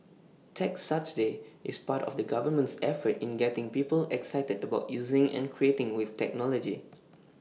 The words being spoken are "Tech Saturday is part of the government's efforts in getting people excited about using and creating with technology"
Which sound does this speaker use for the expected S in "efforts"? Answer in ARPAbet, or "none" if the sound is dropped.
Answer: none